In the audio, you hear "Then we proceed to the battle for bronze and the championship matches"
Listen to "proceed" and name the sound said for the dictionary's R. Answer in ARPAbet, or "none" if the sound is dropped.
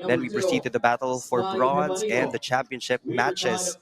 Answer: R